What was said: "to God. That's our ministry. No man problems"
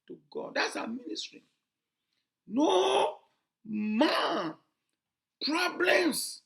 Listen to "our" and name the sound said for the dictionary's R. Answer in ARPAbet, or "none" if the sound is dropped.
W